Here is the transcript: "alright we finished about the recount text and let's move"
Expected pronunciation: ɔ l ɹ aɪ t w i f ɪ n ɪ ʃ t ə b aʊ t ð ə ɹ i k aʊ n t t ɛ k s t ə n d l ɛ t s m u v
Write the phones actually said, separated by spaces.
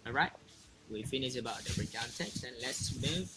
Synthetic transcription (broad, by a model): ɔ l ɹ aɪ t w i f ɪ n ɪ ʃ ə b aʊ t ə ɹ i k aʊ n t t ɛ k s t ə n l ɛ t s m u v